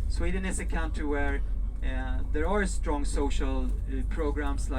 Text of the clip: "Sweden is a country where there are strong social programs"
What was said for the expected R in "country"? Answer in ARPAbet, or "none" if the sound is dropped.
none